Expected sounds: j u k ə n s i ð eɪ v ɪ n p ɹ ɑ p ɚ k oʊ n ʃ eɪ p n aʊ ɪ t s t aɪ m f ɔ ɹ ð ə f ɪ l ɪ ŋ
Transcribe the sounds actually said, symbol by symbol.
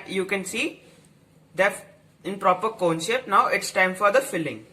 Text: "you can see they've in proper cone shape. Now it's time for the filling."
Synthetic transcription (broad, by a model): j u k ə n s i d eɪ ɪ n p ɹ ɑ p ɚ k oʊ n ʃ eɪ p n aʊ ɪ t s t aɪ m f ɔ ɹ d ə f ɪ l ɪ ŋ